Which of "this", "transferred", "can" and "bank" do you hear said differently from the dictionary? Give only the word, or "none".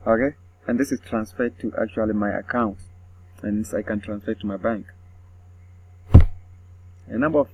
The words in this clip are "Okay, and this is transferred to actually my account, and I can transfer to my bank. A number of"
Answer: none